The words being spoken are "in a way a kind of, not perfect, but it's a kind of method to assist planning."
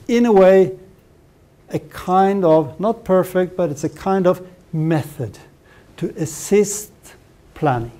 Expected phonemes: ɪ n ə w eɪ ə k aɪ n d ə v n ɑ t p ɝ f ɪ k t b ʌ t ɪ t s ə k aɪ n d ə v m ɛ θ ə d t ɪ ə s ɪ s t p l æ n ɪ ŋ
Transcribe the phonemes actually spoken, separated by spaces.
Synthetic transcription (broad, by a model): ɪ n ə w eɪ ə k aɪ n d ə v n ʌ t p ɝ f ɪ k t b ʌ t ɪ t s ə k aɪ n d ə v m ɛ θ ə d t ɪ ə s ɪ s t p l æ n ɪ ŋ